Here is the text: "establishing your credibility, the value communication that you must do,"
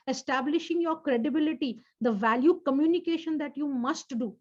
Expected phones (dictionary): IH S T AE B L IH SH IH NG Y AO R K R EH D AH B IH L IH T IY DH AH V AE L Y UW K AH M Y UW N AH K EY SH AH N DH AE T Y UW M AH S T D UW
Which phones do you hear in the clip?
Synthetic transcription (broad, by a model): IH S T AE B L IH SH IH NG Y AO R K R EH D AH B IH L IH T IY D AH V AE L Y UW K AH M Y UW N AH K EY SH AH N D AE T Y UW M AH S T D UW